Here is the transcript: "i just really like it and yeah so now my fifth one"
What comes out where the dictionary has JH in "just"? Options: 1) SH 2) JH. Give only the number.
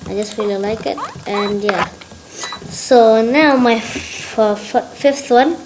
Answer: 2